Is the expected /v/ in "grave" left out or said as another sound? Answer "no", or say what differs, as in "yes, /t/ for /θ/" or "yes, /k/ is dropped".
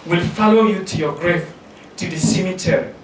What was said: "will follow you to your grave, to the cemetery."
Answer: yes, /f/ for /v/